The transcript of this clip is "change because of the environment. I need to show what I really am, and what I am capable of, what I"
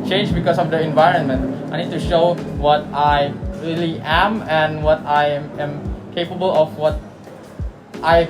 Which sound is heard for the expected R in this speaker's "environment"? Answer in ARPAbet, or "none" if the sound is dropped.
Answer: R